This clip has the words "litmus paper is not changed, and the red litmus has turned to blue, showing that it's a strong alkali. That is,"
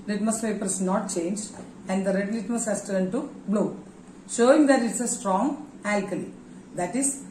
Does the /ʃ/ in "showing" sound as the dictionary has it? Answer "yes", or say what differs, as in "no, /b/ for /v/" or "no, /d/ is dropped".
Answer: yes